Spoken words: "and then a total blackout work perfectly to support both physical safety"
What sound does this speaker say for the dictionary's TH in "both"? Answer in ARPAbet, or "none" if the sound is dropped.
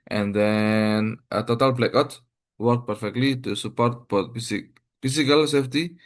S